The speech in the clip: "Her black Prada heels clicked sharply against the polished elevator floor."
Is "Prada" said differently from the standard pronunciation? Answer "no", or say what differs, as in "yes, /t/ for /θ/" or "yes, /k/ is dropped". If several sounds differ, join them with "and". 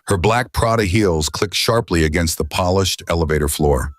no